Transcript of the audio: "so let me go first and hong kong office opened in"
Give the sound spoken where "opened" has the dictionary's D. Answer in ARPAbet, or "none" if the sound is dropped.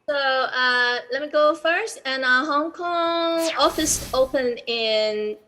none